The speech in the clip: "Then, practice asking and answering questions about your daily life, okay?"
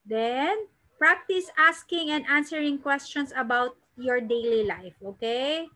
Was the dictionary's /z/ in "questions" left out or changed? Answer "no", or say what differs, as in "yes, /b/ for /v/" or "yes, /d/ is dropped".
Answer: yes, /s/ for /z/